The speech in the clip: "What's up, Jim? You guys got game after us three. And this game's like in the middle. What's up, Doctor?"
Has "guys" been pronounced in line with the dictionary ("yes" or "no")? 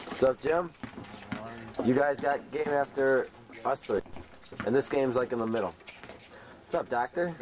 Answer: yes